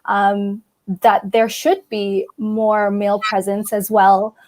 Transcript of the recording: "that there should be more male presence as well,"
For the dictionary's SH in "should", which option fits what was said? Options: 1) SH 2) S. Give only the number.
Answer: 1